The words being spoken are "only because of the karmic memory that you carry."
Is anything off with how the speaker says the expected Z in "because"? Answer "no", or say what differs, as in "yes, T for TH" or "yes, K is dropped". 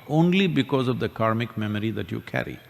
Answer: no